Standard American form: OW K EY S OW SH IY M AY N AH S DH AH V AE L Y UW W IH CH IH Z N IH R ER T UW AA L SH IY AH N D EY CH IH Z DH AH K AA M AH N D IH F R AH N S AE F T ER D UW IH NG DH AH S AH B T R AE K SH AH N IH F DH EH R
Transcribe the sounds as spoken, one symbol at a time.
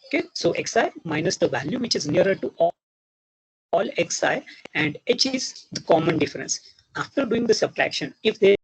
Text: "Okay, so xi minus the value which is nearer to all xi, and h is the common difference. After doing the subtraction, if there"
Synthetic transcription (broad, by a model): OW K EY S OW S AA M AY N AH S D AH V AE L Y UW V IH CH IH Z N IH R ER T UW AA L S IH AH N D EY CH IH Z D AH K AA M AH N D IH F R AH N S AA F T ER D UW IH NG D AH S AH B T R AE K SH AH N IH F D EH